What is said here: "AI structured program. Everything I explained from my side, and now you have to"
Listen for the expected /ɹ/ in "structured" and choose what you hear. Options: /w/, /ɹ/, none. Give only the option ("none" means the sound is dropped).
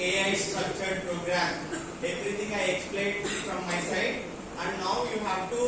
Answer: none